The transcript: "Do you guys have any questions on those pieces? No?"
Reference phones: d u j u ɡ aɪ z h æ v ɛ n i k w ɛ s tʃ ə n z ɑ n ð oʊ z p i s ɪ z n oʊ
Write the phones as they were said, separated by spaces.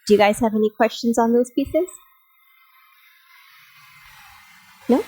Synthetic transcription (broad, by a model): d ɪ j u ɡ aɪ z h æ v ɛ n i k w ɛ s tʃ ə n z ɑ n ð oʊ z p i s ɪ z n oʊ